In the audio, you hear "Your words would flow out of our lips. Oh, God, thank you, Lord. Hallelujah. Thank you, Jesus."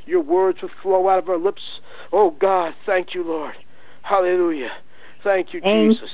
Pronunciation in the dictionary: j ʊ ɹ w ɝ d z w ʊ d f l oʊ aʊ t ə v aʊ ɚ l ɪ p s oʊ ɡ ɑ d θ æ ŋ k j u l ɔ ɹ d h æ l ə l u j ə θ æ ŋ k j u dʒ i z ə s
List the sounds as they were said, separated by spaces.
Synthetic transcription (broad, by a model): j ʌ ɹ w ɝ d z w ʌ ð f l oʊ aʊ t ə v aʊ ɚ l ɪ p s oʊ ɡ ɑ d θ æ ŋ k j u l ɔ ɹ d h æ l ə l u j ə θ æ ŋ k j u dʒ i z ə s